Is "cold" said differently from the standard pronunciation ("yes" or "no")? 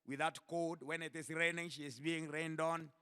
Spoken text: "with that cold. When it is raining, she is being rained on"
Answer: yes